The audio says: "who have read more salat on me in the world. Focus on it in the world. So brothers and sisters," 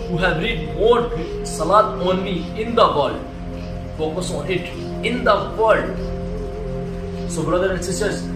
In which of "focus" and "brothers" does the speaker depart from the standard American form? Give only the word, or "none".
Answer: brothers